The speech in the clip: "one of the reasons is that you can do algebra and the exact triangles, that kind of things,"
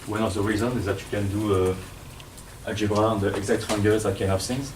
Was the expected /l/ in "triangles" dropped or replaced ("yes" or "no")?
yes